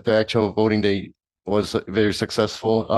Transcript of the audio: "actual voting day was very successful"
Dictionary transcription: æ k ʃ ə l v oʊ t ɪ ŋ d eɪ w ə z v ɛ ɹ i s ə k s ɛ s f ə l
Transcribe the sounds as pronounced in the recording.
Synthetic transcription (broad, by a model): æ k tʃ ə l b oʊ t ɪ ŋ d eɪ w ə z v ɛ ɹ i s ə k s ɛ s f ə l